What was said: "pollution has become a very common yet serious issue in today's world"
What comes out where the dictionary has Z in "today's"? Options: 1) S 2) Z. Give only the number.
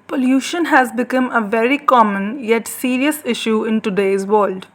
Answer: 2